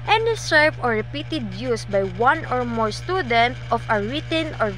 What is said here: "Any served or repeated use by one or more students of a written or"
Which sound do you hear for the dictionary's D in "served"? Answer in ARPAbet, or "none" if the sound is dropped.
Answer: none